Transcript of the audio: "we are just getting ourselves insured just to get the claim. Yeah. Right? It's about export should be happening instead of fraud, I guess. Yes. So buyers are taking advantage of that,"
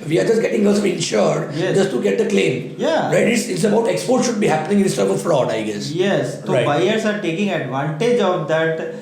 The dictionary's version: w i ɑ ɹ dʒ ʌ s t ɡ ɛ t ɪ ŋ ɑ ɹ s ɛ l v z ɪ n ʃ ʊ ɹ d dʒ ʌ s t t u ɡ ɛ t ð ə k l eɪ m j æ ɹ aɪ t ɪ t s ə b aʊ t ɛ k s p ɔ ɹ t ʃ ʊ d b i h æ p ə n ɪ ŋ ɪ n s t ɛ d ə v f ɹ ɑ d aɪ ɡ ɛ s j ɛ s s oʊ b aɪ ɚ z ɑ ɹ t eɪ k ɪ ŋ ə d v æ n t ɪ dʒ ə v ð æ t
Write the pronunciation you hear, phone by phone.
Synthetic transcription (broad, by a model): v i ɑ ɹ dʒ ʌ s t ɡ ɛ t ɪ ŋ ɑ l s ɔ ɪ n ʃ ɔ ɹ d dʒ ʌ s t t u ɡ ɛ t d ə k l eɪ m j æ ɹ aɪ t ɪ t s ə b aʊ t ɛ k s p ɔ ɹ t ʃ ʊ d b i h æ p ə n ɪ ŋ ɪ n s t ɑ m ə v f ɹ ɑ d aɪ ɡ ɛ s j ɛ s s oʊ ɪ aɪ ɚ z ɑ ɹ t eɪ k ɪ ŋ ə d v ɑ n t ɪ dʒ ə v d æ t